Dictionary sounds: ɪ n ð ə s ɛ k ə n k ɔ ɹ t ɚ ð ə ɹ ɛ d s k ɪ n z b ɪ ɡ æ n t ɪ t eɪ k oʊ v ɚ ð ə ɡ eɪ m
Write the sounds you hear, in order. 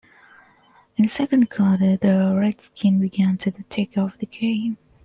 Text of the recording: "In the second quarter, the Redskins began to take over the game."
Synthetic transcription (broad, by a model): ɪ n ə s ɛ k ə n k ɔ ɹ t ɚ ð ə ɹ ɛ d s k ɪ n b ɪ ɡ æ n t ɪ t eɪ k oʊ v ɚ ð ə ɡ eɪ m